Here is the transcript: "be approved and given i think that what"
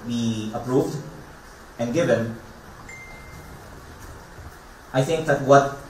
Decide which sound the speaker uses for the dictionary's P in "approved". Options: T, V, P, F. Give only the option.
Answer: P